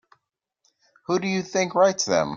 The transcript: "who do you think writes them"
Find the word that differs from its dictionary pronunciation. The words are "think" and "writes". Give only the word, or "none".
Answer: none